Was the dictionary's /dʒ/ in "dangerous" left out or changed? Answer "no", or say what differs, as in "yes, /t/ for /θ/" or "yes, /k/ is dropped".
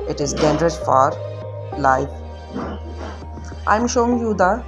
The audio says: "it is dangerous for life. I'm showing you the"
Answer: yes, /dʒ/ is dropped